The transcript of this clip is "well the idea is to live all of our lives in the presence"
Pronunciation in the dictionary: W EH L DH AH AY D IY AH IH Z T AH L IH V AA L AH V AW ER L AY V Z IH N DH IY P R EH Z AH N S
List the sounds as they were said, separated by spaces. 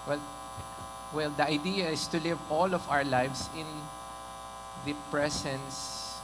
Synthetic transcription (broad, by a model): W EH L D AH AY D IY AH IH S T AH L IH V AA L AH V AW ER L AY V S IH N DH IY P R EH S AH N S